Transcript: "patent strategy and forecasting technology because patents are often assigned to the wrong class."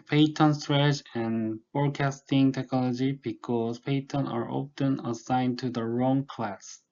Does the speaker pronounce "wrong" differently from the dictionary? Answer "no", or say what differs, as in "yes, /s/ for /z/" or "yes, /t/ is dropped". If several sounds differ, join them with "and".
no